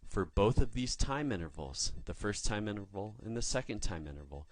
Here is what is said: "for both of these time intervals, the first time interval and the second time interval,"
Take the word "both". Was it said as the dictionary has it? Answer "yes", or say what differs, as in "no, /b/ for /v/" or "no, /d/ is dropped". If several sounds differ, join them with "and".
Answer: yes